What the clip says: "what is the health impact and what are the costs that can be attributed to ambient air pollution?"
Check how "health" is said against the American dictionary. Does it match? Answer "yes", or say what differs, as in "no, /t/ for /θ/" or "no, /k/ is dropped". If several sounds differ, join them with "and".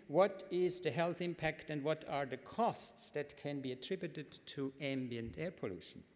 yes